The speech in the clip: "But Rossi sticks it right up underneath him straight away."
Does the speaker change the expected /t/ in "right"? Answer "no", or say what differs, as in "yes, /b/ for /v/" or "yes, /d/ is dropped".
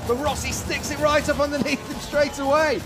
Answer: no